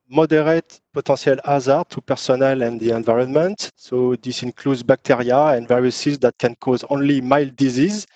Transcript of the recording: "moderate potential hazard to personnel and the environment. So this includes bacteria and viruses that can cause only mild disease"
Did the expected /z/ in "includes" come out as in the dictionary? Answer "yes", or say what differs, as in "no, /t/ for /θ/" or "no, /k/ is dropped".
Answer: yes